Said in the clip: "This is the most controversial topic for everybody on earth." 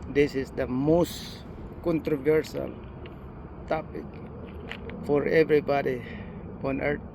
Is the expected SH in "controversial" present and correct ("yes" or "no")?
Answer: no